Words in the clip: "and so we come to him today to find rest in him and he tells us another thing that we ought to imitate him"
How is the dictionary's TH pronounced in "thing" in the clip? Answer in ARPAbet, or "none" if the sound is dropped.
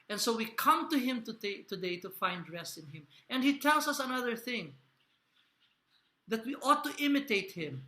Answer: TH